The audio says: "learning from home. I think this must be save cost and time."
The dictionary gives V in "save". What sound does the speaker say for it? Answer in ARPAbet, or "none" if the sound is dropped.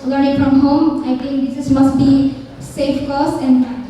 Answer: F